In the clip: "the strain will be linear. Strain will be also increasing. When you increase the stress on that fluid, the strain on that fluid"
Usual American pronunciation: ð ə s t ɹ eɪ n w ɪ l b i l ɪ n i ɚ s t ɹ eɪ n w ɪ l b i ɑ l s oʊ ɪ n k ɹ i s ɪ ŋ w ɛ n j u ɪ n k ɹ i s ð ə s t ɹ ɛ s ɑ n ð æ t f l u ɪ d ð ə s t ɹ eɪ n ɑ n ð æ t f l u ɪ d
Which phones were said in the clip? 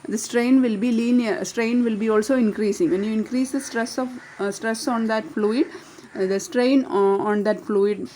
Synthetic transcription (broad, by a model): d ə s t ɹ eɪ n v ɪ l b i l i n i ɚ s t ɹ eɪ n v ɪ l b i ɑ l s oʊ ɪ n k ɹ i s ɪ ŋ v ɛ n j u ɪ n k ɹ i s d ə s t ɹ ɛ s ɑ n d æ t f l u ɪ d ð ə s t ɹ eɪ n ɑ n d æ t f l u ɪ d